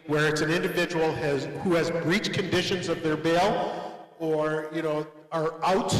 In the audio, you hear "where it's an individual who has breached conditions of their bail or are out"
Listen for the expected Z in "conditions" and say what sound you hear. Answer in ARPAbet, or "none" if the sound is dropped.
Z